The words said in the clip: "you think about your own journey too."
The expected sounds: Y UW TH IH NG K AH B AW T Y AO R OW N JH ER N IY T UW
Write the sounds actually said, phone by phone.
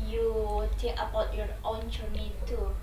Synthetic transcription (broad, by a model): Y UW T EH K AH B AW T Y AO R OW N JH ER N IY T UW